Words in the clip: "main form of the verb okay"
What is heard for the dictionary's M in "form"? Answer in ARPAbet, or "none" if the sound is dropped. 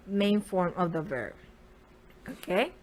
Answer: M